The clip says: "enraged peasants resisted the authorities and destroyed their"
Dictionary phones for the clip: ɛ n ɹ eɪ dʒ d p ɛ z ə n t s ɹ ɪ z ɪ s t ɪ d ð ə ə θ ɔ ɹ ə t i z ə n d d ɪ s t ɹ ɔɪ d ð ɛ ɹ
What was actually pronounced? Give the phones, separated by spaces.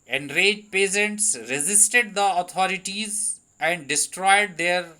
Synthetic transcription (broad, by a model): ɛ n ɹ eɪ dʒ p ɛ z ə n t s ɹ ɪ z ɪ s t ɪ d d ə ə t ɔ ɹ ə t i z ə n d d ɪ s t ɹ ɔɪ d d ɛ ɹ